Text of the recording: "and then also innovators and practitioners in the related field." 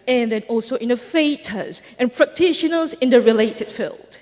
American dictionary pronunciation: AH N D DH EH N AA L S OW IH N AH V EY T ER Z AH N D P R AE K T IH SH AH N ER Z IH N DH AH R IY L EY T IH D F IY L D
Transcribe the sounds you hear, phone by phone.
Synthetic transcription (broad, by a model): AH N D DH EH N AA L S OW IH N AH F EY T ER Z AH N P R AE K T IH SH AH N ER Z IH N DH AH R IY L EY T IH D F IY L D